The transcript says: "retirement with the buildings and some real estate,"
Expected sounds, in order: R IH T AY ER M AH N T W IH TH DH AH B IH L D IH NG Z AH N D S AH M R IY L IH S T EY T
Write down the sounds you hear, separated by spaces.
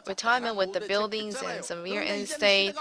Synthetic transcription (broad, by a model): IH T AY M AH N W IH DH AH B IH L D IH NG Z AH N S AH M W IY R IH S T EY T